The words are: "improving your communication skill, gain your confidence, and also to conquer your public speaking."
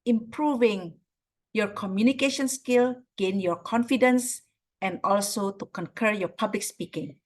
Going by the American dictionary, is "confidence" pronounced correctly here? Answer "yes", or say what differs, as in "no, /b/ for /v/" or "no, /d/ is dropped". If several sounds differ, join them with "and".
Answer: yes